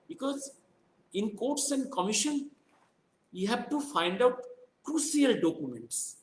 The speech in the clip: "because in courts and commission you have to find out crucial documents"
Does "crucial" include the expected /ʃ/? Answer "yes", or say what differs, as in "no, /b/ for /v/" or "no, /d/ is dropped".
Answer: no, /s/ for /ʃ/